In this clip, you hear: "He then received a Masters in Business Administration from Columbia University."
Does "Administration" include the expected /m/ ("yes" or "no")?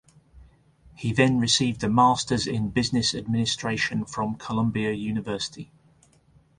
yes